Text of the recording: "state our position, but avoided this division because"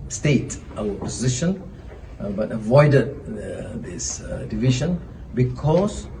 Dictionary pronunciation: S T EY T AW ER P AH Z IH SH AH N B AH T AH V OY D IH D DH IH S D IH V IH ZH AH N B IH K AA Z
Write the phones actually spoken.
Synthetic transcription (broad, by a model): S T EY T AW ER P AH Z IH SH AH N B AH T AH V OY D IH D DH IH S D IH V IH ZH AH N B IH K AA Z